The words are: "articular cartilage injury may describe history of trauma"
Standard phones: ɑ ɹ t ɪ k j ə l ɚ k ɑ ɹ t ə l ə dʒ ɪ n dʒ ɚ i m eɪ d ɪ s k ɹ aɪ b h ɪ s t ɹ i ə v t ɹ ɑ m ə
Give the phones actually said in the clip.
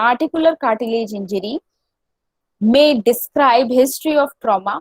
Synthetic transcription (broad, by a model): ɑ ɹ t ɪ k j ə l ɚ k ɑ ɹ t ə l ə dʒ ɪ n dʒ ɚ i m eɪ d ɪ s k ɹ aɪ b h ɪ s t ɹ i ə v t ɹ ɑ m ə